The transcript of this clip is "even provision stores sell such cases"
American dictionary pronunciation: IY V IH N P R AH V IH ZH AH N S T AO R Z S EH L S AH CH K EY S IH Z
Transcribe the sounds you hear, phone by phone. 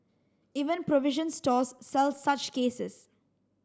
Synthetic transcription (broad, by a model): IY V IH N P R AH V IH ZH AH N S T AO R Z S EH L S AH CH K EY S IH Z